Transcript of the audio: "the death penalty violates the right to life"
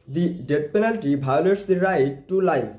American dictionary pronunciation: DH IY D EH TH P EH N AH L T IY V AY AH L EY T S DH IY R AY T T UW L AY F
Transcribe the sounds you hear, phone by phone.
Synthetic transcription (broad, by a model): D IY D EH T P EH N AH L T IY B AY L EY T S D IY R AY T T UW L AY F